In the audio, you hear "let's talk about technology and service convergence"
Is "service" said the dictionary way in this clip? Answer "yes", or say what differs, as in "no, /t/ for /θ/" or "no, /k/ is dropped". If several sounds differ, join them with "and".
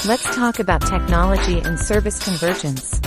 yes